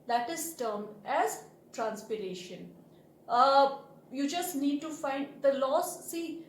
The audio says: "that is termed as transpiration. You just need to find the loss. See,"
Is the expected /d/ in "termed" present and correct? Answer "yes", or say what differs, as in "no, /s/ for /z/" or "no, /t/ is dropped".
no, /d/ is dropped